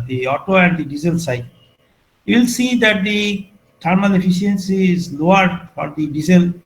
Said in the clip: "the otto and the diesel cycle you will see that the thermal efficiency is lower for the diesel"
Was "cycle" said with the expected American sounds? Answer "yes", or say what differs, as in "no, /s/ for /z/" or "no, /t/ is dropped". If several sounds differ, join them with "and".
no, /k/ is dropped